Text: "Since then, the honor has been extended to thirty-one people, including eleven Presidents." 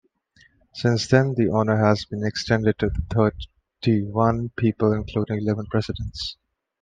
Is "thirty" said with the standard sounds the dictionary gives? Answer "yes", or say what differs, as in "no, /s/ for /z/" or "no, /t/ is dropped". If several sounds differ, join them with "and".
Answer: no, /t/ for /θ/